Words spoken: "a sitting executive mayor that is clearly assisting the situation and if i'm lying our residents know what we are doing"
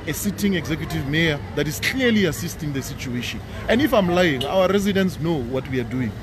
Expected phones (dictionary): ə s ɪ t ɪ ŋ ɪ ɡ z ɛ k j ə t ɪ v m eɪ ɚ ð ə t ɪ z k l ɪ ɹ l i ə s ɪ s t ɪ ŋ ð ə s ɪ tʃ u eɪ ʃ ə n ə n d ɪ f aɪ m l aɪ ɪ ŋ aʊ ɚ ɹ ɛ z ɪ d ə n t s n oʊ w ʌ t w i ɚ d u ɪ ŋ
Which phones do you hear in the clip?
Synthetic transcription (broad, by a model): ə s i t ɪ ŋ ɪ ɡ z ɛ k j ə t ɪ v m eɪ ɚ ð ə t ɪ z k i l i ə s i s t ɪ ŋ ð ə s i tʃ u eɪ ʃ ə n ə n d ɪ f aɪ m l aɪ ɪ ŋ aʊ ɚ ɹ ɛ z ɪ d ə n t s n oʊ w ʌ t w i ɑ d u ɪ ŋ